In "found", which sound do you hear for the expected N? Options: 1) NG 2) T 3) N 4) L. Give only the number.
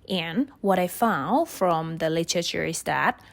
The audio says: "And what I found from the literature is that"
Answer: 3